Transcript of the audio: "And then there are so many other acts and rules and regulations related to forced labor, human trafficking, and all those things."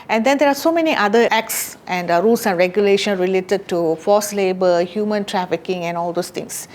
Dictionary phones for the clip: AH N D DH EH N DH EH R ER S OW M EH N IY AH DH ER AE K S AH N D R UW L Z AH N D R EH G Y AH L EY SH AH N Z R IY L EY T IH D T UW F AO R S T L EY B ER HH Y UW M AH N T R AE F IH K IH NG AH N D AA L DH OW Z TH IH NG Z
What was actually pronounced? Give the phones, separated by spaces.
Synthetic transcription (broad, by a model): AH N D EH N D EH R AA S OW M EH N IY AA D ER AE K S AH N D R UW L S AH N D R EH G Y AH L EY SH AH N R IY L EY T IH D T UW F AO S L EY B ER HH Y UW M AH N T R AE F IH K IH NG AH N AA L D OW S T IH NG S